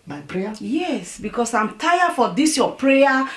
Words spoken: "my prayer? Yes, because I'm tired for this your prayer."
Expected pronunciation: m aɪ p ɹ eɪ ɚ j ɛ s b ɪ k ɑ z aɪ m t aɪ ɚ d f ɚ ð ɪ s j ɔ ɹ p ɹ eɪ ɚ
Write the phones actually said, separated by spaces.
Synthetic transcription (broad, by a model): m aɪ p ɹ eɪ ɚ j ɛ s b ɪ k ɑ s aɪ m t aɪ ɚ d f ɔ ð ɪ s j ɔ p ɹ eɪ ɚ